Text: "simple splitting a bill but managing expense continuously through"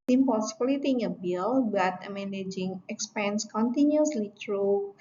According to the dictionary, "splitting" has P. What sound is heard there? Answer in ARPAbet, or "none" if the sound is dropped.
B